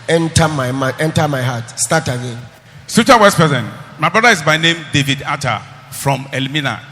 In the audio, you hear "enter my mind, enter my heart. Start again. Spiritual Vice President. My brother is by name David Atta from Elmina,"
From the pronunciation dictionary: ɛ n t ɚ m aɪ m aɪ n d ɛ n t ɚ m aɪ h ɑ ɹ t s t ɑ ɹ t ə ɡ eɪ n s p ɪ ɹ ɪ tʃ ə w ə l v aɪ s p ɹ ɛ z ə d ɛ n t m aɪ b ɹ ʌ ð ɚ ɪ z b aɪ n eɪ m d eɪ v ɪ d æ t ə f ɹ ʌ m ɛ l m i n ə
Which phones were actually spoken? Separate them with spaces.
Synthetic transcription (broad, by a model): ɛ n t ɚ m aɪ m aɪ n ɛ n t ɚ m aɪ h ɑ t s t ɑ t ə ɡ eɪ n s ɪ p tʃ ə w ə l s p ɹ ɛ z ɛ n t m aɪ b ɹ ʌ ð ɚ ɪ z b aɪ n eɪ m d eɪ v ɪ d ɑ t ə f ɹ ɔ m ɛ l m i n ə